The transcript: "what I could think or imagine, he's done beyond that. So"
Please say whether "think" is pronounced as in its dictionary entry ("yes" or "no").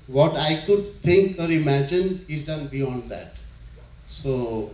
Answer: no